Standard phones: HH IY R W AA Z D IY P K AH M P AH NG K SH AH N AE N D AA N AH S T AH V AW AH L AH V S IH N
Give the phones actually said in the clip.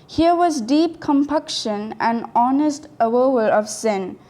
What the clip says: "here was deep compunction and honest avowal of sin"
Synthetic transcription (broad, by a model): HH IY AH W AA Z D IY P K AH M P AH K SH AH N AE N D AA N AH S T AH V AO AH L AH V S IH N